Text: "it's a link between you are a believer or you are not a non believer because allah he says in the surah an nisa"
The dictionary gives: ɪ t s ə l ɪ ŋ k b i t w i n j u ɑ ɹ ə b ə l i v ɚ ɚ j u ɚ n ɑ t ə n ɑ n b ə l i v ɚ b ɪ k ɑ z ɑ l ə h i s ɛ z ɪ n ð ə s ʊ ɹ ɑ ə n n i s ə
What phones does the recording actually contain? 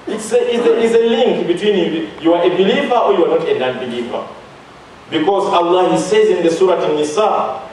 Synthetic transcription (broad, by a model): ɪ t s ə l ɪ ŋ k b i t w i n j u ɑ ɹ ə b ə l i v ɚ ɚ j u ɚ n ɑ t ə n ɑ n b ə l i v ɚ b ɪ k ɑ z ɑ l ə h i s ɛ z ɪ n ð ə s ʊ ɹ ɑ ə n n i s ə